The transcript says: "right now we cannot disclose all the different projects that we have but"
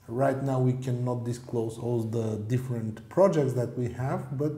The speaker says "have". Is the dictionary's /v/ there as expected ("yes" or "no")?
yes